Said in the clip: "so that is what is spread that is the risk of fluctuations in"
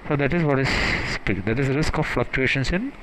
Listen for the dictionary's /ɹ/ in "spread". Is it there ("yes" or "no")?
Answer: no